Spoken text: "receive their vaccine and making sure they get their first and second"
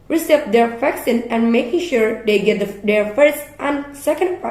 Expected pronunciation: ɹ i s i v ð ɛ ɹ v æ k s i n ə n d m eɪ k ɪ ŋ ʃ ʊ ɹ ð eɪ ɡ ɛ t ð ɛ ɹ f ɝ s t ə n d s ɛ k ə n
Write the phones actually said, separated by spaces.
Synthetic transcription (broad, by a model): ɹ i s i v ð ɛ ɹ f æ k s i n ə n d m eɪ k ɪ ŋ ʃ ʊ ɹ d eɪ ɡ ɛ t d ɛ ɹ f ɝ s t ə n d s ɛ k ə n